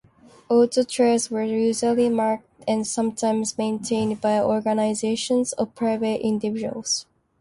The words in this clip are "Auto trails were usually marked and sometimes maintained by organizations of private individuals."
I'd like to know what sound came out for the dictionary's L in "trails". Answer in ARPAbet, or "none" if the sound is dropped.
none